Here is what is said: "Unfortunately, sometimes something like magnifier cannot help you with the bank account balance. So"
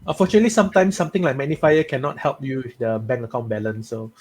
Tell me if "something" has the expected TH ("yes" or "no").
no